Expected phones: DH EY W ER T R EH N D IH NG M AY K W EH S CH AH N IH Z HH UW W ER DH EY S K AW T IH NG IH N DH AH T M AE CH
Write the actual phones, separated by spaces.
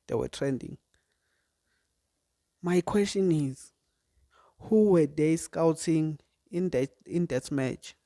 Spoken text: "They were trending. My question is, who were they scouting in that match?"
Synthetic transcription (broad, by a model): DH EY W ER T R EH N D IH NG M AY K W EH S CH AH N IH Z HH UW W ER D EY S K AW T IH NG IH N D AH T M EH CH